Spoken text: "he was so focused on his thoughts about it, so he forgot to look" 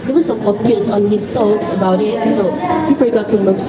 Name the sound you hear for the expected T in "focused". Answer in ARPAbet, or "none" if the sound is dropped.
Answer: none